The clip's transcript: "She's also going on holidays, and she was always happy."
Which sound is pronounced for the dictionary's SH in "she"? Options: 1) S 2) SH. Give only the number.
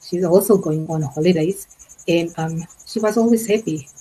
2